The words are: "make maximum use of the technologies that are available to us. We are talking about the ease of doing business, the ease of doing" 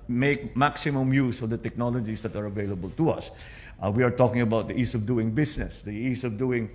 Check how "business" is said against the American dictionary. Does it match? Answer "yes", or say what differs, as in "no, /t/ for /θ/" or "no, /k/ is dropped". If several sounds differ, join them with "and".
no, /s/ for /z/